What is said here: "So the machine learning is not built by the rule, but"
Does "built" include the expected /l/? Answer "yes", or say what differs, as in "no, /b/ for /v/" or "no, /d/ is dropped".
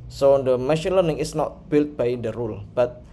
yes